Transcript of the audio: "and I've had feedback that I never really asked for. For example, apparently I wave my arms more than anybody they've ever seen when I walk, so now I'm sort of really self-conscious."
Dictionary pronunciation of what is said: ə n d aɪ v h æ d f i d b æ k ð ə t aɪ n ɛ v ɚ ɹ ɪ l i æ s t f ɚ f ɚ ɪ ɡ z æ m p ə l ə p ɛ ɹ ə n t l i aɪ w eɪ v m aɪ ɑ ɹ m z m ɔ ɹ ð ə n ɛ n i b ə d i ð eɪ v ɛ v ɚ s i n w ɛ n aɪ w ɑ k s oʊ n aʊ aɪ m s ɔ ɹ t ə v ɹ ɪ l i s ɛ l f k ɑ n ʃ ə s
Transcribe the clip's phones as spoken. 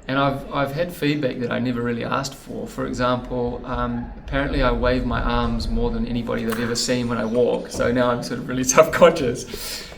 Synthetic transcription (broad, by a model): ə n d aɪ v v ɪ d f i d b æ k ð ə t aɪ n ɛ v ɚ ɹ ɪ l i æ s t f ɚ f ɚ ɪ ɡ z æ m p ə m ə p ɛ ɹ ə n t l i aɪ w eɪ v m aɪ ɑ ɹ m z m ɔ ɹ ð ə n ɛ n i b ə d i ð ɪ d ɛ v ɚ s i n w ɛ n aɪ w ɑ k s oʊ n aʊ aɪ m s ɔ ɹ t ə v ɹ ɪ l i s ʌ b k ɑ n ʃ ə s